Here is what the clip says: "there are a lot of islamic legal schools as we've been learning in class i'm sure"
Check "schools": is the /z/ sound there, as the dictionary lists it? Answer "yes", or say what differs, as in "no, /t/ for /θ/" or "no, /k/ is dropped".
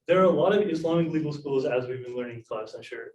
yes